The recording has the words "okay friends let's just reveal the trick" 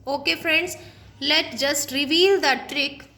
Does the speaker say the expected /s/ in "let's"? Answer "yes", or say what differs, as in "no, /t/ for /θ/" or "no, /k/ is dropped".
no, /s/ is dropped